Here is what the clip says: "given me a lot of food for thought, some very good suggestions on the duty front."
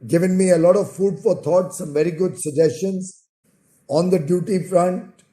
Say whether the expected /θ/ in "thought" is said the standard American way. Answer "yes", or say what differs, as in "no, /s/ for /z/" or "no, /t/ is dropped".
no, /t/ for /θ/